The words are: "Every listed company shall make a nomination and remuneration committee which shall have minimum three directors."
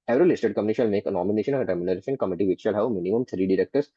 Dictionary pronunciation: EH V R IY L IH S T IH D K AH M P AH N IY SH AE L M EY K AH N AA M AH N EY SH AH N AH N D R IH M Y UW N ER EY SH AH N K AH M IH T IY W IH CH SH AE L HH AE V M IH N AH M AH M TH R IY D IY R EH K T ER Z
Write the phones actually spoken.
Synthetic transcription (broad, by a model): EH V R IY L IH S T IH D K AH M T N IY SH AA L M EY K AH N AA M AH N EY SH AH N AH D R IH M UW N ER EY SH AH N K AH M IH T IY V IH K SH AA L HH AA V M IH N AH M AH M T R IY D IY R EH K T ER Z